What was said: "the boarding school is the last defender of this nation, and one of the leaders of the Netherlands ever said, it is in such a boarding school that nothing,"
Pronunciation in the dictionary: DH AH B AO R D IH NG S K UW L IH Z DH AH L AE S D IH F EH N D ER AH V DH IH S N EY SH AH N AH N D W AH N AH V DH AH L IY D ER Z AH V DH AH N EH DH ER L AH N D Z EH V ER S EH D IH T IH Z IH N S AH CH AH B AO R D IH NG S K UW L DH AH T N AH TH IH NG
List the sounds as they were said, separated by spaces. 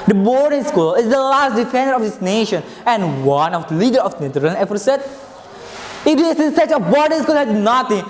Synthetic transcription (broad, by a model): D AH B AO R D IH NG S K UW L IH Z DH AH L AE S D IH F EH N D ER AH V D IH S N EY SH AH N AH N D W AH N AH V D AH L IY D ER AH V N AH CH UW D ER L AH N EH F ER S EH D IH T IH S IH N S AH CH AH B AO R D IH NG S K UW L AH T N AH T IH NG